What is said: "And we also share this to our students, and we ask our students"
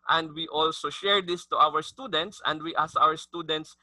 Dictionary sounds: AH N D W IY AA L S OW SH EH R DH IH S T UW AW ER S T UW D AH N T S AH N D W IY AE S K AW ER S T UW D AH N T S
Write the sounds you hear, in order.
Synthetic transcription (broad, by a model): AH N D W IY AA L S OW SH EH R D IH S T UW AW ER S T UW D AH N T S AH N D W IY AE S AW ER S T UW D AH N T S